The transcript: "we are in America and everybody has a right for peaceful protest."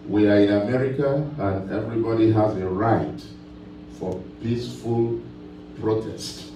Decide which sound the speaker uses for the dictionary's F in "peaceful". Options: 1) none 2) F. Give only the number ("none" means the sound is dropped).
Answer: 2